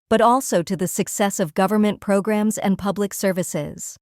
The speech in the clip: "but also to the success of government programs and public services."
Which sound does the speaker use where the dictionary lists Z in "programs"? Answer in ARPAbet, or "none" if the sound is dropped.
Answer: Z